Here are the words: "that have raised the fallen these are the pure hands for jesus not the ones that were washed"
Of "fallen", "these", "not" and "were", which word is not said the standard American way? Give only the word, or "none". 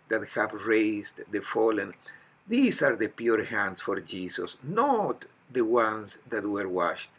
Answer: these